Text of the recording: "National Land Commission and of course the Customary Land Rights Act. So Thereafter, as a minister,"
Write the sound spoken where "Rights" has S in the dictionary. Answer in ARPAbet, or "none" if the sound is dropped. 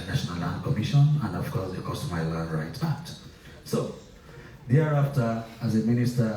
none